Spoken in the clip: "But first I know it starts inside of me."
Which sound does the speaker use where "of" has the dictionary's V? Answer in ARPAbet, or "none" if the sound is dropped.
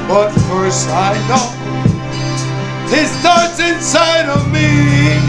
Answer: V